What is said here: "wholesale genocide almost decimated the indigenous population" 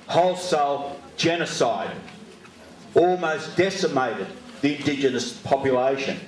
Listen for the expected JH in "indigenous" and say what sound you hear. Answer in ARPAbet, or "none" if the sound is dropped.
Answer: JH